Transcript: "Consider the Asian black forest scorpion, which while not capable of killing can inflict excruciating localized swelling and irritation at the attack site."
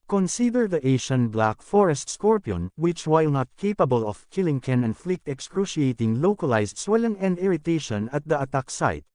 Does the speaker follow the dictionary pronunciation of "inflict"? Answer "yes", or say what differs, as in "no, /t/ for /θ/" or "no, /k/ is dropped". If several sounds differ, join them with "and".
yes